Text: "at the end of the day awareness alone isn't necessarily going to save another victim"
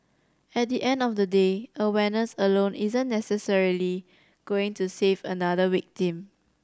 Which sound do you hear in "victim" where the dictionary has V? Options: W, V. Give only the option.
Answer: W